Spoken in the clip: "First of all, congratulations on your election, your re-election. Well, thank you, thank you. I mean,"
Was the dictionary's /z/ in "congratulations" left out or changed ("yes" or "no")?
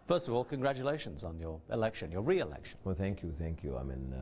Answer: no